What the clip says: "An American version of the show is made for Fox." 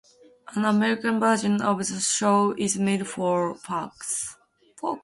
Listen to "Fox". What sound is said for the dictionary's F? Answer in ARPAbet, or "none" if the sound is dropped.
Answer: P